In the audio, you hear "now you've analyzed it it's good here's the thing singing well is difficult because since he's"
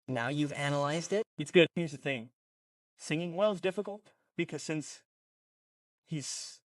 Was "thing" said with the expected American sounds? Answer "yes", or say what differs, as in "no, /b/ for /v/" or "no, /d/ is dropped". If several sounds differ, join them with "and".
yes